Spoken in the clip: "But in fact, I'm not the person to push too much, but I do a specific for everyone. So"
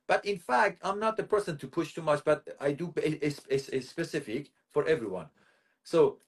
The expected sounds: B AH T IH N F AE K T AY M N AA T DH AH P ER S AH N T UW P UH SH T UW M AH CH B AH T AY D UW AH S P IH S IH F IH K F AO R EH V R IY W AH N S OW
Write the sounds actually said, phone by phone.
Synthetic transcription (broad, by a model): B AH T IH N F AE K T AY M N AA T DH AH P ER S AH N T UW P UH SH T UW M AH CH B AH T AY D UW AH S P IH S IH F IH K F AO R EH V R IY W AH N S OW